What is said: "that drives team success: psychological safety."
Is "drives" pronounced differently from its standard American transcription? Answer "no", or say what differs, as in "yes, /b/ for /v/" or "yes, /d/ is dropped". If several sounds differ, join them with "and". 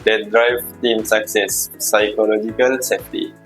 yes, /z/ is dropped